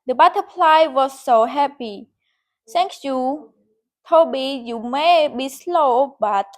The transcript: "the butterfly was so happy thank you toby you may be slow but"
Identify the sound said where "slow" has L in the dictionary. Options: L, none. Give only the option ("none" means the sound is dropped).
L